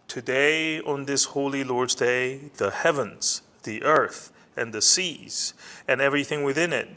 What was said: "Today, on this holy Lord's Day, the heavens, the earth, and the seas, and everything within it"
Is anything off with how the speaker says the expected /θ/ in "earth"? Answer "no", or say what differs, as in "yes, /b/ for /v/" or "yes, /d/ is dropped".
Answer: no